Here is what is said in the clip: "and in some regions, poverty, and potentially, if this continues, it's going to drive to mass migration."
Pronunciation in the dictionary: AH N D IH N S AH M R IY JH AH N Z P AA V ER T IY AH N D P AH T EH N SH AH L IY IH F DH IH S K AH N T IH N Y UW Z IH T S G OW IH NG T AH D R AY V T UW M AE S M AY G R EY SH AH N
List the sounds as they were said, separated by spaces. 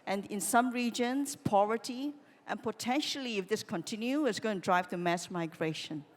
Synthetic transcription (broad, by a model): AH N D IH N S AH M R IY JH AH N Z P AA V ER T IY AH N P AH T EH N SH AH L IY IH F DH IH S K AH N T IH N Y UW IH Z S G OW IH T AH D R AY V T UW M AE S M AY G R EY SH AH N